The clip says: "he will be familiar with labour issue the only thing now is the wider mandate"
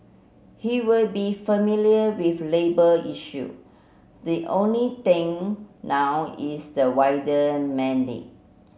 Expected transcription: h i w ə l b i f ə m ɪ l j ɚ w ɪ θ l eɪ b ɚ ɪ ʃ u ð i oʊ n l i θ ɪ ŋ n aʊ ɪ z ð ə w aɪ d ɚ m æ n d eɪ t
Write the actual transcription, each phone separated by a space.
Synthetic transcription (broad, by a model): h i w ə l b i f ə m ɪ l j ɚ w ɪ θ l eɪ b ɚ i ʃ u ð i oʊ n l i t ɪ ŋ n aʊ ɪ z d ə w aɪ d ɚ m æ n d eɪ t